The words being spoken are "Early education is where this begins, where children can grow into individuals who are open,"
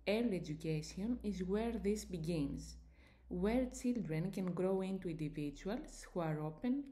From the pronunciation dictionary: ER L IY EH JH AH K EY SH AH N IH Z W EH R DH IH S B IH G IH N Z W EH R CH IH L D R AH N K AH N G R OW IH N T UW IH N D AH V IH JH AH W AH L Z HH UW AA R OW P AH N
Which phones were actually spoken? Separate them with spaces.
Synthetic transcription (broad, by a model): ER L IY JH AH K EY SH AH N IH Z W EH R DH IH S B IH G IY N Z W EH R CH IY L D R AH N K AH N G R OW IH N T UW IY N D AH V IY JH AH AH L S HH UW AA R OW P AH N